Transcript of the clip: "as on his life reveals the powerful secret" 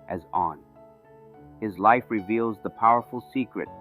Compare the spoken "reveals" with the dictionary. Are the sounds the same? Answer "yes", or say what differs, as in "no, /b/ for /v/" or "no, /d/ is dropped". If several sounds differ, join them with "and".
yes